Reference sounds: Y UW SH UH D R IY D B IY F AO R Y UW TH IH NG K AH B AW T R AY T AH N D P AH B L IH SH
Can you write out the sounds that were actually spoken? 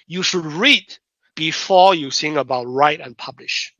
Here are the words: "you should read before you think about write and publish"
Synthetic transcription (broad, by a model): Y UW SH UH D R IY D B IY F AO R Y UW S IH NG AH B AW T R AY T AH N P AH B L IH SH